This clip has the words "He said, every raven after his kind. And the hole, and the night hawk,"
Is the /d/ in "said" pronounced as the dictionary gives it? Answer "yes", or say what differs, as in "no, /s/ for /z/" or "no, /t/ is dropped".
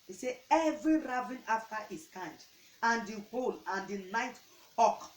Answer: no, /d/ is dropped